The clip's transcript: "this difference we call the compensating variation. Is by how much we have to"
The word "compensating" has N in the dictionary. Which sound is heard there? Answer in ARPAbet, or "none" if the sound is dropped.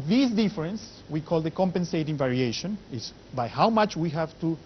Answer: N